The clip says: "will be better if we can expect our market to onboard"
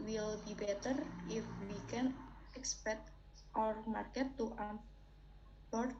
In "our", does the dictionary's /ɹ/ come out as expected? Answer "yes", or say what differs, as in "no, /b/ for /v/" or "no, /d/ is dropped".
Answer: yes